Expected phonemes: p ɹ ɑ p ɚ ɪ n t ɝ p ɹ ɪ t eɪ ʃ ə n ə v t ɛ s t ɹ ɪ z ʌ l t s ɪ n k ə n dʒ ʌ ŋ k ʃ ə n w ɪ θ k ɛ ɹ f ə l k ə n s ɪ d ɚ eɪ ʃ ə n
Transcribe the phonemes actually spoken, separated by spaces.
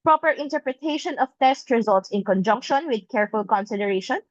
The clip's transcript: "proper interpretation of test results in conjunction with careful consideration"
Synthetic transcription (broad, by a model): p ɹ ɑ p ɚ ɪ n t ɝ p ɹ ɪ t eɪ ʃ ə n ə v t ɛ s t ɹ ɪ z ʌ l t s ɪ n k ə n dʒ ʌ ŋ k ʃ ə n w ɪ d k ɛ ɹ f ə l k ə n s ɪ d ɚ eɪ ʃ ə n